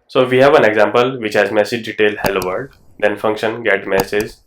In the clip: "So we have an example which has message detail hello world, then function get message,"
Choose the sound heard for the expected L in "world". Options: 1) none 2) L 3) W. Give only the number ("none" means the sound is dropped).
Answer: 1